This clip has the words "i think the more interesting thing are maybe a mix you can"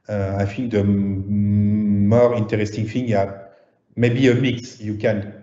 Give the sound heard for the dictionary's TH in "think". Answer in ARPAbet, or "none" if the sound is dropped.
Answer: F